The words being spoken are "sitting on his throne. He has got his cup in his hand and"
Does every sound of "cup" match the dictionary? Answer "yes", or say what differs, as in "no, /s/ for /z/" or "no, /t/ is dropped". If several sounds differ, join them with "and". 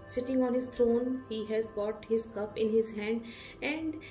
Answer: yes